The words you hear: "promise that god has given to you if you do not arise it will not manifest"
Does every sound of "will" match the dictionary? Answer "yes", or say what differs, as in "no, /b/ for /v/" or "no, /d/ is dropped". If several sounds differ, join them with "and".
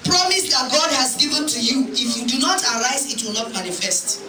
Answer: yes